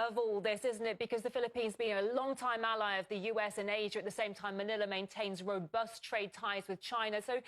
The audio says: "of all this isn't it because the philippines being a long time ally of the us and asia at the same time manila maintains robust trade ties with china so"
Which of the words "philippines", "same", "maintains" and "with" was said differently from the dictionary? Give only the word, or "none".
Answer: none